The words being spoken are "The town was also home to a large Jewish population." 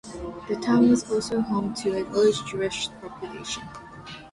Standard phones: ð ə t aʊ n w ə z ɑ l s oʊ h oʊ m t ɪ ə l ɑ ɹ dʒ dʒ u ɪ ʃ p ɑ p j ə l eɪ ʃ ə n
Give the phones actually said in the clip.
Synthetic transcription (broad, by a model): ð ə t aʊ n w ə z ɑ l s oʊ h oʊ m t ɪ ə n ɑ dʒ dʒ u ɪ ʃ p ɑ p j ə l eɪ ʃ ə n